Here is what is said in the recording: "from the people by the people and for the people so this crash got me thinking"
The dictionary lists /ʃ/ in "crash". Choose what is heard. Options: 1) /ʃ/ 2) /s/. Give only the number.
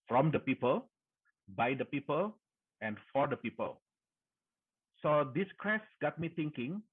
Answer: 2